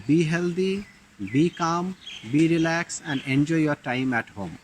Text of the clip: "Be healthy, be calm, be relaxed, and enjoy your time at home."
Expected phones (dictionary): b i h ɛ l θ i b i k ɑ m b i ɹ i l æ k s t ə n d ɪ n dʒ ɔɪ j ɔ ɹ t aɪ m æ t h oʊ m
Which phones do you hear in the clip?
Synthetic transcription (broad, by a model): b i h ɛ l t i b i k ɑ m b i ɹ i l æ k s ə n d ɪ n dʒ ɔɪ j ɔ ɹ t aɪ m æ t h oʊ m